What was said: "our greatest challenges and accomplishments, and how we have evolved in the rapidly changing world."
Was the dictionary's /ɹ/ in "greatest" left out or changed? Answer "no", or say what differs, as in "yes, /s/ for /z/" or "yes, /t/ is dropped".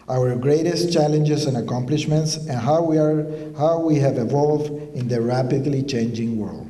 no